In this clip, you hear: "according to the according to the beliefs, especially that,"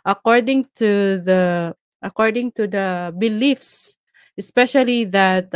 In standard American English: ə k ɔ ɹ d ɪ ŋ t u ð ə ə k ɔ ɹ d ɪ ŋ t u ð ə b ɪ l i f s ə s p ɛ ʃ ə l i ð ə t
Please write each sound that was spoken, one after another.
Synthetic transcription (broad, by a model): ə k ɔ ɹ d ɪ ŋ t u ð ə ə k ɔ ɹ d ɪ ŋ t u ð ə b ɪ l i f s ə s p ɛ ʃ ə l i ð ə t